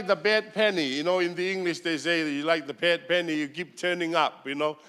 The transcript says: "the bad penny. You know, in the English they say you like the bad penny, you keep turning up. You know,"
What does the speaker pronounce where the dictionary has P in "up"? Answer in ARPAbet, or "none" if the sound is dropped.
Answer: P